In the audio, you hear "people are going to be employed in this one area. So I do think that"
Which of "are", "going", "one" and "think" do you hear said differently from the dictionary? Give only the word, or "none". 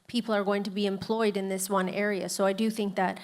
none